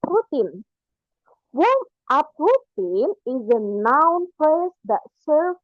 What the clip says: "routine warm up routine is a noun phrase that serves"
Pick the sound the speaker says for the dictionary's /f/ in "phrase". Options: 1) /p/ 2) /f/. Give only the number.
1